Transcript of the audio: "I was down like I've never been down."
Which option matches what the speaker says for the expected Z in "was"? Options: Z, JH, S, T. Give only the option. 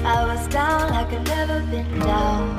Z